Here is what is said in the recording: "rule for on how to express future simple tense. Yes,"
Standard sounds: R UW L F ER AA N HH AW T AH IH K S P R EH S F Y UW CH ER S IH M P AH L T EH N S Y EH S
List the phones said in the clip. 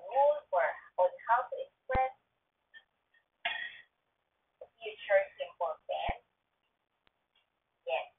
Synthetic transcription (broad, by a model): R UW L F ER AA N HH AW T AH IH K S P R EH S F Y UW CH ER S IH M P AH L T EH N Y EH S